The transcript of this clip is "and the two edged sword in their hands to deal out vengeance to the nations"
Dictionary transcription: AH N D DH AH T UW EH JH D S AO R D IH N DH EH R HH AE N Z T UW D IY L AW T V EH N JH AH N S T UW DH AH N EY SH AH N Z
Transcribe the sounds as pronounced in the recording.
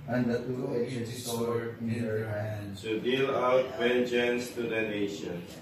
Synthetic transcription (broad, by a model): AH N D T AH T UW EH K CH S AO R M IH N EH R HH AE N T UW D IY L AW T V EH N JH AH N S T UW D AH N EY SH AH N